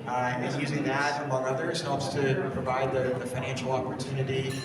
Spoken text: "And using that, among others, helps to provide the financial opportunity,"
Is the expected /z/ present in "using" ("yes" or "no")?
yes